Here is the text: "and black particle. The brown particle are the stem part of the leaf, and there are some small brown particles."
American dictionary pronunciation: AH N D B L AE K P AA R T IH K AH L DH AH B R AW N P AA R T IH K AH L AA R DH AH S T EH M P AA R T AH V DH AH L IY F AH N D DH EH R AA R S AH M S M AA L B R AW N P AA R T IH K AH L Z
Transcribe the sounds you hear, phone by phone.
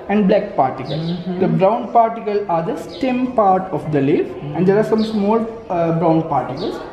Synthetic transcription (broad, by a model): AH N D B L AE K P AA R T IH K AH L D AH B R AW N P AA R T IH K AH L AA R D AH S T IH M P AA R T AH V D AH L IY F AH N D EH R AA R S AH M S M AA L B R AW N P AA R T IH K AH L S